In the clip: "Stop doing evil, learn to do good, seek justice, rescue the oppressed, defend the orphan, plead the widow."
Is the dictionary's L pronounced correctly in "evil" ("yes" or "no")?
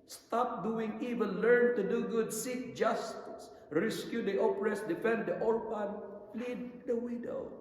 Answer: no